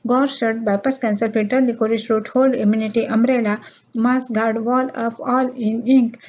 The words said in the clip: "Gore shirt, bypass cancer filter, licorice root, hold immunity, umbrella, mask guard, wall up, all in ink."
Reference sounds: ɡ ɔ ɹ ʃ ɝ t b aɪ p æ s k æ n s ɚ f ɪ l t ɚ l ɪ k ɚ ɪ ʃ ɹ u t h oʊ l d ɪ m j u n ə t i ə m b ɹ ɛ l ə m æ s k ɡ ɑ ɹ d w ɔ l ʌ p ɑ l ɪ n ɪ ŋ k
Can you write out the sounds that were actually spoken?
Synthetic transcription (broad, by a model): ɡ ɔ ɹ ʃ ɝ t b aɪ p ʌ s k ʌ n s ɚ p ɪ t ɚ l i k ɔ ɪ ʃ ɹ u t h oʊ l d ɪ m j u n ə t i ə m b ɹ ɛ l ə m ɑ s ɡ ɑ ɹ d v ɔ l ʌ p ɑ l ɪ n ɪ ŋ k